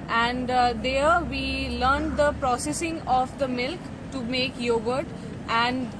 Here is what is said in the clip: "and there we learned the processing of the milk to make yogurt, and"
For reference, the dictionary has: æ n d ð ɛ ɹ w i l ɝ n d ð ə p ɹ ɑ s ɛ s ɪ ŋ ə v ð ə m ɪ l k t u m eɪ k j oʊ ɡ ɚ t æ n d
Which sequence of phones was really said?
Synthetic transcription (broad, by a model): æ n d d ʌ ɹ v i l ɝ n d ə p ɹ ɑ s ɛ s ɪ ŋ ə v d ə m ɪ l k t u m eɪ k j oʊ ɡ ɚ t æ n d